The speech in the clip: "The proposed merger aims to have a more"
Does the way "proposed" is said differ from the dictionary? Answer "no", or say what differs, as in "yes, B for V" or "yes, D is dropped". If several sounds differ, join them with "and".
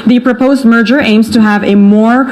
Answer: no